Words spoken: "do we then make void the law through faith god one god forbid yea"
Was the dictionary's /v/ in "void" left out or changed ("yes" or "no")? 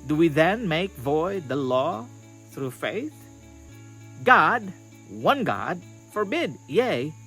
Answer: no